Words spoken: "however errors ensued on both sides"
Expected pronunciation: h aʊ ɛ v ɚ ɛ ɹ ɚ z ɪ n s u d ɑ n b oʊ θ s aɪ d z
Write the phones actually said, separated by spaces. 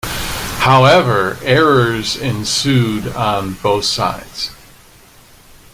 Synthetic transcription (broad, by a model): h aʊ ɛ v ɚ ɛ ɹ ɚ z ɪ n s u d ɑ n b oʊ θ s aɪ d z